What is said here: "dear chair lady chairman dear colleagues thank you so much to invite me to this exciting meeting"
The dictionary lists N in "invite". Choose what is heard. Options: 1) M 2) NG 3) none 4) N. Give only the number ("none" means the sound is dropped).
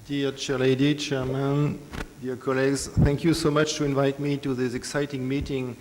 4